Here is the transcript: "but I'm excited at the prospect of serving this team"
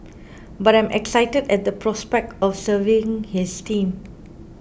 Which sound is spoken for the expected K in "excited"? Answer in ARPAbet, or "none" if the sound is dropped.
K